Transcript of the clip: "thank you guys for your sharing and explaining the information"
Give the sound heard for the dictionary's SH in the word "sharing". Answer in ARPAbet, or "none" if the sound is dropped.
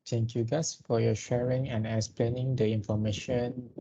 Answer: SH